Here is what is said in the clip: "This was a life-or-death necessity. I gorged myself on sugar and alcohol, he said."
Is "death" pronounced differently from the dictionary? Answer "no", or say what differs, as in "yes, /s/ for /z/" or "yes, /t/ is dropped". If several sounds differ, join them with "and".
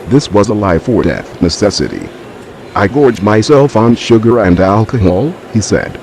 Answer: no